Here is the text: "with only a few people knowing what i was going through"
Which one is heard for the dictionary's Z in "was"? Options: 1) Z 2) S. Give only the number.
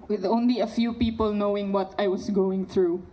2